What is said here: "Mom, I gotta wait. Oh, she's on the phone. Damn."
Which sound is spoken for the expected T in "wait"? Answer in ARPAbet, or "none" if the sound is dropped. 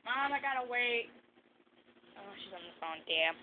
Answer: T